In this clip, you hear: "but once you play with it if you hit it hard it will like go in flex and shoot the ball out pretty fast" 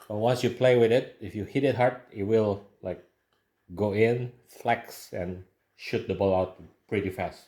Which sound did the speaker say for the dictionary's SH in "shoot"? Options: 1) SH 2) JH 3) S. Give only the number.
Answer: 1